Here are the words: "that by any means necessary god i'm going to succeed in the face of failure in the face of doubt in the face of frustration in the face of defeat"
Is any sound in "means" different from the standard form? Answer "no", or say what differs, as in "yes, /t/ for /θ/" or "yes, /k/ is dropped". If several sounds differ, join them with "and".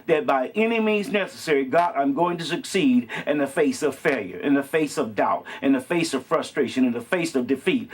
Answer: no